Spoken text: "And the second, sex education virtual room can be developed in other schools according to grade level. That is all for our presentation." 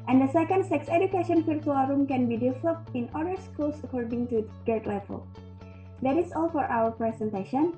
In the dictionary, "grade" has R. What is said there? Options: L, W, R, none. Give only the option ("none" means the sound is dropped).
none